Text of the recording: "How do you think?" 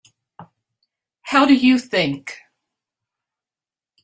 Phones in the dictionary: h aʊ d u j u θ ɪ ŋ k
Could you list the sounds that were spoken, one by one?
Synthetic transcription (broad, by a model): h aʊ d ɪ j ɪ θ ɪ ŋ k